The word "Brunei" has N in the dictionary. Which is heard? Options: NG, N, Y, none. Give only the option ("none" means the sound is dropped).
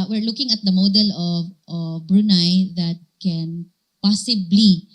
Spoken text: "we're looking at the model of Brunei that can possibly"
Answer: N